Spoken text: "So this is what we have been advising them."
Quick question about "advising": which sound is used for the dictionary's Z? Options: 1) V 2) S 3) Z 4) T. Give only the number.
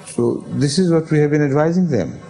3